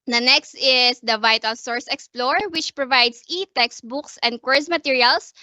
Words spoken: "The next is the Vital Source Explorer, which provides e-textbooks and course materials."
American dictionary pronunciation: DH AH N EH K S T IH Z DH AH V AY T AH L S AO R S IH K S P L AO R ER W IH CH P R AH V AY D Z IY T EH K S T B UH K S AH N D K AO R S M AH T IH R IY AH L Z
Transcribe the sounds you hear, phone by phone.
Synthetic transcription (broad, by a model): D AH N EH K S T IH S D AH V AY T AH L S AO R S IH K S P L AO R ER W IH CH P R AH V AY D S IY T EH K S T B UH K S AH N D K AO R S M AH T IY R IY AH L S